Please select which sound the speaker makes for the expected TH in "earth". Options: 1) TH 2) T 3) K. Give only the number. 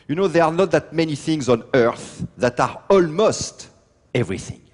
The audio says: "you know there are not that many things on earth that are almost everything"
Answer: 1